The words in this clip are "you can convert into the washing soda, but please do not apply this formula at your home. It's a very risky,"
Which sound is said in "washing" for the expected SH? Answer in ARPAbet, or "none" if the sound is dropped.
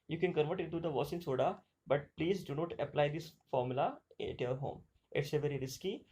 S